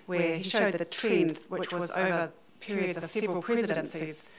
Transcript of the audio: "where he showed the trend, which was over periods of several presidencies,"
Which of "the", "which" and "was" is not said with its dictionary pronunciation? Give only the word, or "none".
none